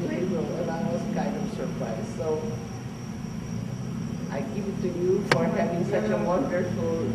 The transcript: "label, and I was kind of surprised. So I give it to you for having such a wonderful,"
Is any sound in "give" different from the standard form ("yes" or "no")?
yes